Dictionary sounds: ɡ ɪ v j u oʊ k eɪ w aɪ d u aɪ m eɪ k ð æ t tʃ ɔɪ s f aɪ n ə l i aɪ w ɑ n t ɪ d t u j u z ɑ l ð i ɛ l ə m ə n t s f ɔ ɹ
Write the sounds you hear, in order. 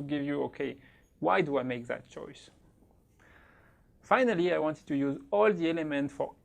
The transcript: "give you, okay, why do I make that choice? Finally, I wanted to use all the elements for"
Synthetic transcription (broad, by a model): ɡ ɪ v j u oʊ k eɪ w aɪ d u aɪ m eɪ k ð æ t tʃ ɔɪ s f aɪ n ə l i aɪ w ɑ n t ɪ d t u j u z ɑ l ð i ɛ l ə m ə n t f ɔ ɹ